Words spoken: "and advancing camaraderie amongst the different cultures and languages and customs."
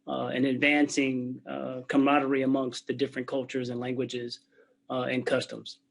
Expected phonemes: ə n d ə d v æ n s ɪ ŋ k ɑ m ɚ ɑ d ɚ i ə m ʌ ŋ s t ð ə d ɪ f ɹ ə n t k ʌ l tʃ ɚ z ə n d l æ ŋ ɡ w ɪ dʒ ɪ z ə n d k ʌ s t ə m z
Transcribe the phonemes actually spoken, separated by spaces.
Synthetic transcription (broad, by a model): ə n ə d v æ n s ɪ ŋ k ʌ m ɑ d ɚ i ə m ʌ ŋ s t ð ə d ɪ f ɹ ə n k ʌ l tʃ ɚ z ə n l æ ŋ ɡ w ɪ dʒ ɪ z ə n k ʌ s t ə m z